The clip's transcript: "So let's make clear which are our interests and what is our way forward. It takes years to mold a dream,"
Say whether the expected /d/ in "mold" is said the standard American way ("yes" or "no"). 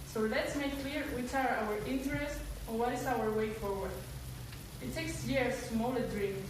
no